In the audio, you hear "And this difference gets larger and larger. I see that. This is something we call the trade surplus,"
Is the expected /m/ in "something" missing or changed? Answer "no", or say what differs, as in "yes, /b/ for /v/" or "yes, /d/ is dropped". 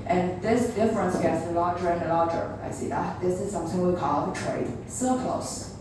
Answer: no